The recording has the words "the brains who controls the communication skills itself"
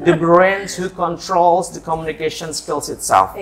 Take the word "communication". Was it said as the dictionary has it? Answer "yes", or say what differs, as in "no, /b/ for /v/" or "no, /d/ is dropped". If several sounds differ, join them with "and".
yes